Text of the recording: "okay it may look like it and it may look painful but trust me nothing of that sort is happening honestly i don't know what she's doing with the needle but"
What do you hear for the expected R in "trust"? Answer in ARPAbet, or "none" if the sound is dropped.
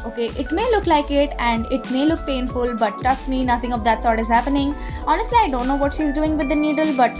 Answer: none